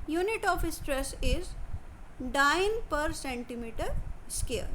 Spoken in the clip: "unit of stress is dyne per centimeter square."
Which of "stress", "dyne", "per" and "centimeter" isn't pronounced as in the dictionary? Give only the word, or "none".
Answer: none